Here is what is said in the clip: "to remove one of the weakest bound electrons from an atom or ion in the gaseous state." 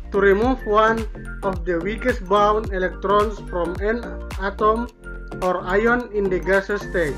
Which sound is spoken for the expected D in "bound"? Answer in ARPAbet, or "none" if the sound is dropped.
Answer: none